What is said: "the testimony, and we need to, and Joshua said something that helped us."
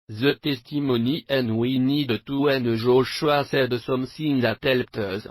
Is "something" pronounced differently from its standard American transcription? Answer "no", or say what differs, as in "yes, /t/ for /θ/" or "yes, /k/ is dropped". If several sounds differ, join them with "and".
yes, /s/ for /θ/